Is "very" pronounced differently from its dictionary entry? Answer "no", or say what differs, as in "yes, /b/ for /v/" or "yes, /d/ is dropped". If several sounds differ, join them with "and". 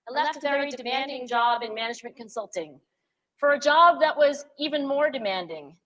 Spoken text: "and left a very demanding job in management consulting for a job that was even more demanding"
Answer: yes, /ɹ/ is dropped